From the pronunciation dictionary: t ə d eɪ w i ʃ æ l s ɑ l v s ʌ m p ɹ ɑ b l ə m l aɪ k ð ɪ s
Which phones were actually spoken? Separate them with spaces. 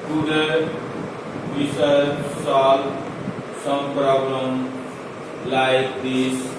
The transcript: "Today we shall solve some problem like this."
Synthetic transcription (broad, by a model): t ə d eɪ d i s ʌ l s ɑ l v s ʌ m p ɹ ɑ b l ə m l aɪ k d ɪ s